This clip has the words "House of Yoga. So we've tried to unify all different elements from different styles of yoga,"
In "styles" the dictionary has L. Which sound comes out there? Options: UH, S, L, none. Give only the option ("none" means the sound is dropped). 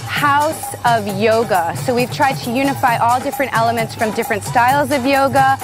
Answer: L